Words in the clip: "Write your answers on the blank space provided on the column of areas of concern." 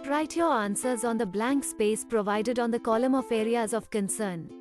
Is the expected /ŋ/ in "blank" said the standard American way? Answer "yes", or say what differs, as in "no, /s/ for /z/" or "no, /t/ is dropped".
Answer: yes